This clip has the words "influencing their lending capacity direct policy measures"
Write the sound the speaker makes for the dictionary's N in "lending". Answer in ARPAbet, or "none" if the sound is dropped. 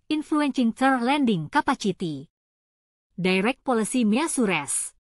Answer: N